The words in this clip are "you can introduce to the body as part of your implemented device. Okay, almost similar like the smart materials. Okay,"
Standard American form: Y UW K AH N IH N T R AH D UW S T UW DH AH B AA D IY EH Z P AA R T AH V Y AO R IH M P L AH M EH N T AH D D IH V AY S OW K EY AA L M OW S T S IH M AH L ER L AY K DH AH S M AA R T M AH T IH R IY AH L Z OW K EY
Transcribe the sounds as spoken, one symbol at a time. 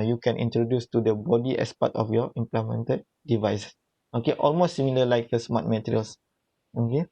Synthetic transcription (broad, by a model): Y UW K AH N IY N T R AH D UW S T UW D AH B AA D IY EH S P AA T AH F Y AO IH M P L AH M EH N T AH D D IH V AY S OW K EY AA L M OW S T S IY M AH L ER L AY K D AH S M AA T M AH T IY R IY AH L S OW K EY